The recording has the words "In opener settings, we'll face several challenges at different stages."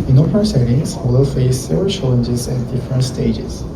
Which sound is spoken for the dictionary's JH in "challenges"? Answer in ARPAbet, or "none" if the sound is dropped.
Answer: JH